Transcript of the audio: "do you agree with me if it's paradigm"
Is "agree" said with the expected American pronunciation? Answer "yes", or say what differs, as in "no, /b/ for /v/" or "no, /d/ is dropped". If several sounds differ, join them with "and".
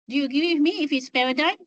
no, /ɹ/ is dropped